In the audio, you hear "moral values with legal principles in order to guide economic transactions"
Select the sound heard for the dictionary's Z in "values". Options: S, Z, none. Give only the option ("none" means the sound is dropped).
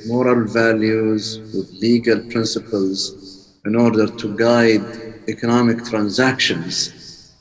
Z